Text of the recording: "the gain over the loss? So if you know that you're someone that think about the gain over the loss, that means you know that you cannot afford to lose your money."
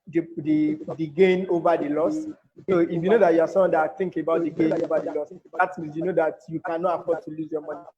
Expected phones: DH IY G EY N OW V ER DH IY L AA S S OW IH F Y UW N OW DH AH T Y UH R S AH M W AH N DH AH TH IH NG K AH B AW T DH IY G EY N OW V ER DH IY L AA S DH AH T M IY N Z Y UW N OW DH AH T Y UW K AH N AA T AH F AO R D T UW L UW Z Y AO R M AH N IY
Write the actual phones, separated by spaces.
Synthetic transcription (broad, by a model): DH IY G EY N OW V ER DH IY L AA S S OW IH F Y UW N OW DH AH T Y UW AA S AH W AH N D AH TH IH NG K AH B AW T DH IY G EY N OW V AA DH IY L AA S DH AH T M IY Z Y UW N OW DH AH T Y UW K AH N AA T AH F AO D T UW L UW Z Y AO M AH N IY